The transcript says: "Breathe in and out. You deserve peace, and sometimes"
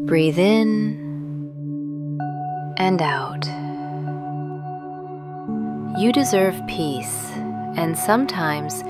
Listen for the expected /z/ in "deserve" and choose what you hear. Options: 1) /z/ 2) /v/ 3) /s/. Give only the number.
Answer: 1